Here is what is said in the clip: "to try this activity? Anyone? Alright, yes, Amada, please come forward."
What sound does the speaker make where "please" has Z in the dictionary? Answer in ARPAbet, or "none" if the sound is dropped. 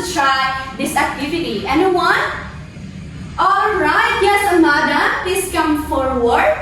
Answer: S